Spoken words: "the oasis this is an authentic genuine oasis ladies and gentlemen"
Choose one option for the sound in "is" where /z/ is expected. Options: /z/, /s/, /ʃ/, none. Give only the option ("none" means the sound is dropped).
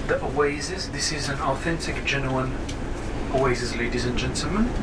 /z/